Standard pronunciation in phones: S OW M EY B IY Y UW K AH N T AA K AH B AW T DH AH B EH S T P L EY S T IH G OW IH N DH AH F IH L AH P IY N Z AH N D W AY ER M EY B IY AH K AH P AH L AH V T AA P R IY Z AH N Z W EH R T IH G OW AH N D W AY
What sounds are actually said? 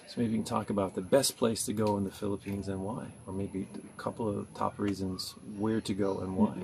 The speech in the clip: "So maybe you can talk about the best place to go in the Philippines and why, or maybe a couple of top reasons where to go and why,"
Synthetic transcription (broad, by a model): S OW M EY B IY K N T AA K AH B AW T DH AH B EH S P L EY S T IH G OW IH N DH AH F IH L AH P IY N Z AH N W AY ER M EY B IY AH K AH P L AH V T AA P R IY Z AH N Z W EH R T IH G OW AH N W AY